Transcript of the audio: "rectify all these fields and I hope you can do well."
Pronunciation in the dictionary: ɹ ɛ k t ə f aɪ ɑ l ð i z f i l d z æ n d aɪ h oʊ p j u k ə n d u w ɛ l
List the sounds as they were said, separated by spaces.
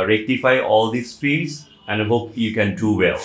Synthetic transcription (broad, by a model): ɹ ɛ k t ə f aɪ ɑ l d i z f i d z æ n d aɪ h oʊ p j u k ə n d u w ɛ l